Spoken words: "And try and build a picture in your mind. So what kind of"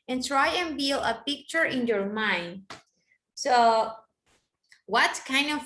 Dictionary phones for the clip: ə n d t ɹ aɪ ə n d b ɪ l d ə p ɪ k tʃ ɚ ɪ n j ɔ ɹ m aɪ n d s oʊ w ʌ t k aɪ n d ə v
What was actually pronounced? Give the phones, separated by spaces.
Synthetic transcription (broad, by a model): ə n t ɹ aɪ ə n b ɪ l ə p ɪ k tʃ ɚ ɪ n j ɔ ɹ m aɪ n d s oʊ w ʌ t k aɪ n d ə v